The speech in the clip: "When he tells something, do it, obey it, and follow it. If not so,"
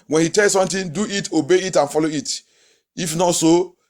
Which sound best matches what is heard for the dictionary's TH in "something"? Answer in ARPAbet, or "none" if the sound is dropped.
T